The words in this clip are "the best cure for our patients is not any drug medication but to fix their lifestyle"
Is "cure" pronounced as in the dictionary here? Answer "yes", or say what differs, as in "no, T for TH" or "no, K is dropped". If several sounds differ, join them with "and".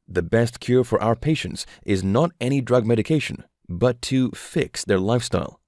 yes